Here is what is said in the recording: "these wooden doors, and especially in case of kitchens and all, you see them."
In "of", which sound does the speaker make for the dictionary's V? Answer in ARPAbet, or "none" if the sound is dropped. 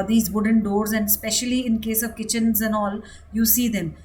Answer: V